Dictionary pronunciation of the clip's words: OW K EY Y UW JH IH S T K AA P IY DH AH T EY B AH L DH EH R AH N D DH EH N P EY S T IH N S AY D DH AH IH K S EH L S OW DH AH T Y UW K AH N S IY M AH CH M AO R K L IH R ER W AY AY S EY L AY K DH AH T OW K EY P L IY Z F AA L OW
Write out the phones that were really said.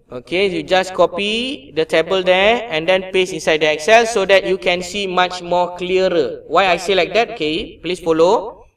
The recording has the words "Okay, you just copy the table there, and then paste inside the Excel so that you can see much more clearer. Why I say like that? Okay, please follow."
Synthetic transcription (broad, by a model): OW K EY Y UW JH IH S K AA P IY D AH T EY B AH L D EH AH N D EH N P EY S IH N S AY D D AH IH K S EH L S OW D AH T Y UW K AH N S IY M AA CH M AO K L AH R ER W AY AY S EY L AY K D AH T OW K EY P L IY S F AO L OW